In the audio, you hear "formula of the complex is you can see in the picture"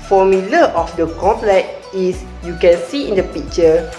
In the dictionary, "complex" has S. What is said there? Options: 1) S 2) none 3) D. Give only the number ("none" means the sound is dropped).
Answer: 2